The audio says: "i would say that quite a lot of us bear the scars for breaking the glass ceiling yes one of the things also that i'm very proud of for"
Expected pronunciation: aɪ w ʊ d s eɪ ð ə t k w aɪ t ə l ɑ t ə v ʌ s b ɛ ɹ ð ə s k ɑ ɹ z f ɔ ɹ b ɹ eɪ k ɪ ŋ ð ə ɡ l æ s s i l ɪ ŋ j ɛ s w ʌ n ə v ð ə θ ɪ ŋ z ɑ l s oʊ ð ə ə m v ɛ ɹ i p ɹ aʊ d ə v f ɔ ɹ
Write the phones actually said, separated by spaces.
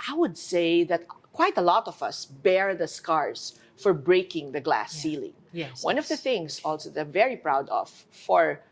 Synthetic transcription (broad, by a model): aɪ w ʊ d s eɪ ð ə t k w aɪ t ə l ɑ t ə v ʌ s b ɛ ɹ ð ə s k ɑ ɹ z f ɔ ɹ b ɹ eɪ k ɪ ŋ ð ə ɡ l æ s s i l ɪ ŋ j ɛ w ʌ n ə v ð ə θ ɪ ŋ s ɑ l s oʊ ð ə ə m v ɛ ɹ i p ɹ aʊ d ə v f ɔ ɹ